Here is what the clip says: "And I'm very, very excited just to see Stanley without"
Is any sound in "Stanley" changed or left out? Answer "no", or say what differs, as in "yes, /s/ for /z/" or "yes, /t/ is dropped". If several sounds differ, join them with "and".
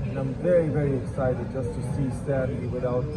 yes, /l/ is dropped